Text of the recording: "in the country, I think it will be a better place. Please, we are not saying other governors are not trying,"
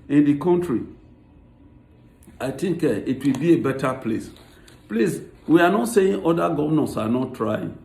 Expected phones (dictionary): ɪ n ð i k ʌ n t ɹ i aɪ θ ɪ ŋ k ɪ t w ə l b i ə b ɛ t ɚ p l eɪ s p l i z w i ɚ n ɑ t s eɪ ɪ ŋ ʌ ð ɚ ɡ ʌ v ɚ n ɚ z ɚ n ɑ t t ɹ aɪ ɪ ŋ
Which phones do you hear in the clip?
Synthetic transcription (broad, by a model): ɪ n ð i k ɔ n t ɹ i aɪ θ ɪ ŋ k ɪ t w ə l b i ə b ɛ t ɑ p l eɪ s p l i s w i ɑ n ɑ t s eɪ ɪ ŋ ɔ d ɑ ɡ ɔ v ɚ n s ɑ n ɑ t t ɹ aɪ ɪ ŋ